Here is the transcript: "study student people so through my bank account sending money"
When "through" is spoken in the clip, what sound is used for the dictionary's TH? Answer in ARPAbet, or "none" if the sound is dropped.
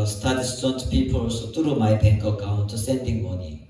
T